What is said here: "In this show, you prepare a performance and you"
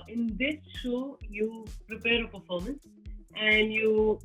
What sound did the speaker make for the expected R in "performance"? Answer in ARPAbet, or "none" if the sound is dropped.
L